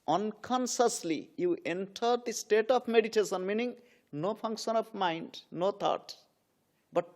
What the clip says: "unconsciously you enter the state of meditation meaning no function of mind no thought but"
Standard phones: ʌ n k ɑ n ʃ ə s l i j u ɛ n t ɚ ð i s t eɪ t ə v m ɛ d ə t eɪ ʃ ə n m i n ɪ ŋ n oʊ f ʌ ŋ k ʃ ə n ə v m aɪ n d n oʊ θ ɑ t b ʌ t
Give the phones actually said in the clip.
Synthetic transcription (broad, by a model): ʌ n k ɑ n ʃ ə s l i j u ɛ n t ɚ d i s t eɪ t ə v m ɛ d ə t eɪ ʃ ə n m i n ɪ ŋ n oʊ p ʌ ŋ k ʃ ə n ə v m aɪ n d n oʊ t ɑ t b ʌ t